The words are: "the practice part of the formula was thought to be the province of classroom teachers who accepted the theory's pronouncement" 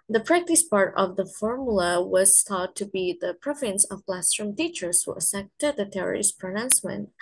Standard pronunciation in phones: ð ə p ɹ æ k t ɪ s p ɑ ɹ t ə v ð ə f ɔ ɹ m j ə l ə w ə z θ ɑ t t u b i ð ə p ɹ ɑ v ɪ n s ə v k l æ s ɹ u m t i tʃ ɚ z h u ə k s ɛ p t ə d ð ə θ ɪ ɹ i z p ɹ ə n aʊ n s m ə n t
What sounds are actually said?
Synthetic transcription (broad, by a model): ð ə p ɹ æ k t ɪ s p ɑ ɹ t ə v ð ə f ɔ ɹ m j ə l ə w ə z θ ɑ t t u b i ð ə p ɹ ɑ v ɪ n s ə v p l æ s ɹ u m t i tʃ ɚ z h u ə s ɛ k t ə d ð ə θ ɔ ɹ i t p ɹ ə n aʊ n s m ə n t